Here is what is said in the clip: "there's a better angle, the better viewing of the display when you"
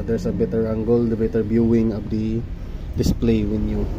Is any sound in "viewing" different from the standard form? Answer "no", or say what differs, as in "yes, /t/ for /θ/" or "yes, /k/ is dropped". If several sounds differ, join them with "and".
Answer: yes, /b/ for /v/